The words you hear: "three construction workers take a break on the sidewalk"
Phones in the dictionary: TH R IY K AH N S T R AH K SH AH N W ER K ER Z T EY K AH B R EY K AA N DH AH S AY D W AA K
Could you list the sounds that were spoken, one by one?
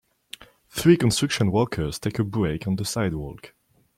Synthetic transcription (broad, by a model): TH R IY K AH N S T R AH K SH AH N W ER K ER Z T EY K AH B R EY K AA N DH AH S AY D W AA K